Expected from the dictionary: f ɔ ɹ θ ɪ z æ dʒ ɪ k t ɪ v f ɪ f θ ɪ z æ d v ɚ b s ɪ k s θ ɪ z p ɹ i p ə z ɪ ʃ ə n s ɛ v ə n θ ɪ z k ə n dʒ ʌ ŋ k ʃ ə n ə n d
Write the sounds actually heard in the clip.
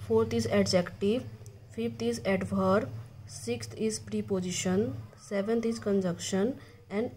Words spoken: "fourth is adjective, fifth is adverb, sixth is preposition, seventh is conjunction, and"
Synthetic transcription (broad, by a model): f ɔ ɹ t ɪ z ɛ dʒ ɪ k t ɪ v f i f t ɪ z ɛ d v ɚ s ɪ k s t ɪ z p ɹ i p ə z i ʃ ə n s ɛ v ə n t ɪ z k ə n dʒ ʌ k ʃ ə n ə n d